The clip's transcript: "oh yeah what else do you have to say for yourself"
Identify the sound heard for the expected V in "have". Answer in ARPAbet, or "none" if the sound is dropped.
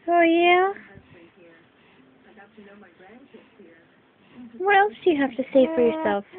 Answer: F